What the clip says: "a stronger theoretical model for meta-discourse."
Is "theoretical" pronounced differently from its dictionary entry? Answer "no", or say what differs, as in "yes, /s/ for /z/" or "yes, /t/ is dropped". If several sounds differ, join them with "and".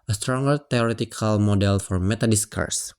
yes, /t/ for /θ/